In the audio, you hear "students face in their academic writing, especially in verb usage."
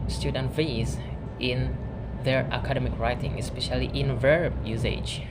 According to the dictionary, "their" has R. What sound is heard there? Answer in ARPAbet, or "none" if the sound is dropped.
R